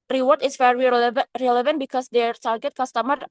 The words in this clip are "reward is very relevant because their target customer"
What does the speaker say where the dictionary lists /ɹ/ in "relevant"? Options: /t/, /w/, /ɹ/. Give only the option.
/ɹ/